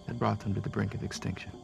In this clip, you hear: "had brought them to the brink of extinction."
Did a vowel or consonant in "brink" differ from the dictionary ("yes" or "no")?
no